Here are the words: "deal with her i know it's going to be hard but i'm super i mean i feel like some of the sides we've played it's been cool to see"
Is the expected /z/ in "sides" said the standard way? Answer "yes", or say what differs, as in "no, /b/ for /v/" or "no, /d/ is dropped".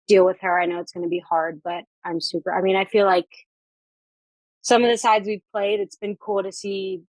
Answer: yes